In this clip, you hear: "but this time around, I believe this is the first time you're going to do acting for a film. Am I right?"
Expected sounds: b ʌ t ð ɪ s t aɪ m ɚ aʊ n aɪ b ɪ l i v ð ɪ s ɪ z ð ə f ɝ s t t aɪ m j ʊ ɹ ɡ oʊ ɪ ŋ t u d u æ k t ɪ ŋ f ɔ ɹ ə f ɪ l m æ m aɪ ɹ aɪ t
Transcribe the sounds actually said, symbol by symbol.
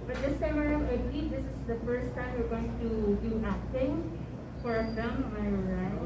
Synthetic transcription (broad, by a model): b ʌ t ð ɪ s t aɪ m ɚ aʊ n aɪ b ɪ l i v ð ɪ s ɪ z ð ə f ɝ s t t aɪ m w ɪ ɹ ɡ oʊ ɪ ŋ t u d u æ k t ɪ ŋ f ɔ ɹ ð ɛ m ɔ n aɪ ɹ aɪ